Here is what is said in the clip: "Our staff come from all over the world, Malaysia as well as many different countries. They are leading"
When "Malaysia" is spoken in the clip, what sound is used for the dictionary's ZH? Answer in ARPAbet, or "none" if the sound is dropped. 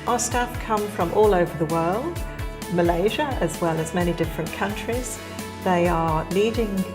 ZH